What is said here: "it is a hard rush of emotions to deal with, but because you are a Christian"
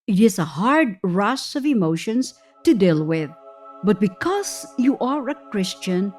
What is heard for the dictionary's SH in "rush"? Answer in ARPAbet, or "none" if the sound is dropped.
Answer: S